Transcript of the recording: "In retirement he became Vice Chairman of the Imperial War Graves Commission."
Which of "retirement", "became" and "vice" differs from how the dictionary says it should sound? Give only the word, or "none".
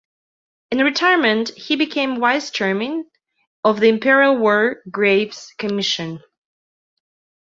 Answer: vice